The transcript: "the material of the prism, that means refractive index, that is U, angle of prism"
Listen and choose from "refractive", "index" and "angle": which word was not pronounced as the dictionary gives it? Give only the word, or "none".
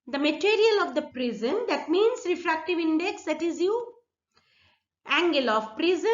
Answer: none